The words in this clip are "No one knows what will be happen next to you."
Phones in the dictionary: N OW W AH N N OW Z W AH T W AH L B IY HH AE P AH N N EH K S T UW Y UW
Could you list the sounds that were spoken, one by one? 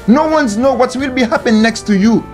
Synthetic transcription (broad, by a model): N OW W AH N N OW W AH T W AH L B IY HH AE P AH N N EH K S T UW Y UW